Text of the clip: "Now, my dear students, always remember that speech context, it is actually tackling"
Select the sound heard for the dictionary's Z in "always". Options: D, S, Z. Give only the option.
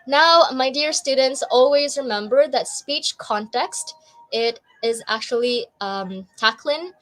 Z